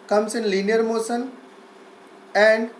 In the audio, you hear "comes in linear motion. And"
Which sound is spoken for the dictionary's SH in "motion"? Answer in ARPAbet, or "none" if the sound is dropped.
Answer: S